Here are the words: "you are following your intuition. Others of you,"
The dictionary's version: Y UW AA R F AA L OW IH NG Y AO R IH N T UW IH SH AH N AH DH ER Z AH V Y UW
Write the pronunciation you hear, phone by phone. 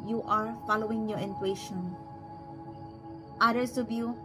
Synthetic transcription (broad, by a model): Y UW AA R F AA L OW IH NG Y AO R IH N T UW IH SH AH N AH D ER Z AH B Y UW